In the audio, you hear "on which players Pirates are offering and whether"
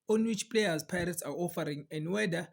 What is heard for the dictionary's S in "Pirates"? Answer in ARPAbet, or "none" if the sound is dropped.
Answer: S